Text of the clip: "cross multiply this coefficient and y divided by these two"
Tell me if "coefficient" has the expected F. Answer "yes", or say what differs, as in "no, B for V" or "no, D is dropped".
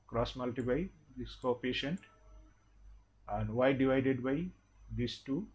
no, P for F